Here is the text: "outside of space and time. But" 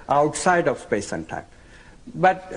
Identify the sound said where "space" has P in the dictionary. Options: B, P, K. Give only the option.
P